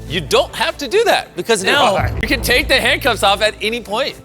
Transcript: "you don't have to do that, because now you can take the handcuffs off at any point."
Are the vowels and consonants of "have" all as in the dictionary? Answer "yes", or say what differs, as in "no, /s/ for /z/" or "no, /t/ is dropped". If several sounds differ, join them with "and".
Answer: no, /f/ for /v/